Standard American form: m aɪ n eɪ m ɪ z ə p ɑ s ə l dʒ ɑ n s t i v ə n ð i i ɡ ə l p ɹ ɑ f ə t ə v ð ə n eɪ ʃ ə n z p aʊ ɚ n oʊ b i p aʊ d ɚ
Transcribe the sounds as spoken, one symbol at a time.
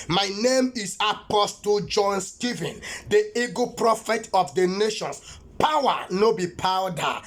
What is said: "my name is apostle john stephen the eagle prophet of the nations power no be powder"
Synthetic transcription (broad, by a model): m aɪ n eɪ m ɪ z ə p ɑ s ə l dʒ ɑ n s t i v ə n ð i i ɡ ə p ɹ ɑ f ə t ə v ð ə n eɪ ʃ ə n s p aʊ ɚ n oʊ b i p aʊ d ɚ